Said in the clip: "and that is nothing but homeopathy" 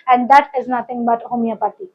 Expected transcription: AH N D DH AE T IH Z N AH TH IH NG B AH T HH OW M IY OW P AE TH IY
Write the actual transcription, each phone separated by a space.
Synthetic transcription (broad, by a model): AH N D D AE T IH Z N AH T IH NG B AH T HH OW M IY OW P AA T IY